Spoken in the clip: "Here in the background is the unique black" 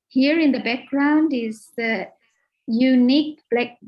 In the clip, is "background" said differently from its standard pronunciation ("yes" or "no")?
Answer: no